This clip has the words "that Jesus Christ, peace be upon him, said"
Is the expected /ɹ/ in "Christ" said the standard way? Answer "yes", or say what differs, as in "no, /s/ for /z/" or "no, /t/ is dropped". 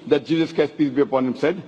no, /ɹ/ is dropped